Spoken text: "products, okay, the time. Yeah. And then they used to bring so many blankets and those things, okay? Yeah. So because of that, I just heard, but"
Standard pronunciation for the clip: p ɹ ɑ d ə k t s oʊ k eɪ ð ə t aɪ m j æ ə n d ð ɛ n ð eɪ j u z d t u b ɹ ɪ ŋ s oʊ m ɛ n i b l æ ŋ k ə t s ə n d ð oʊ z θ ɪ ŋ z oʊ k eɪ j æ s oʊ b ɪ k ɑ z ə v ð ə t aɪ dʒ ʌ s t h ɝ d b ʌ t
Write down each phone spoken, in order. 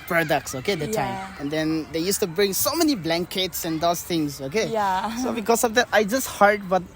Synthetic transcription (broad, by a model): p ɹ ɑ d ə k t s oʊ k eɪ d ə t aɪ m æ ə n d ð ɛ n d eɪ j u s t u b ɹ ɪ ŋ s oʊ m ɛ n i b l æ ŋ k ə t s ə n d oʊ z t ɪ ŋ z oʊ k eɪ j s oʊ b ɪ k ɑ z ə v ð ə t aɪ dʒ ʌ s t h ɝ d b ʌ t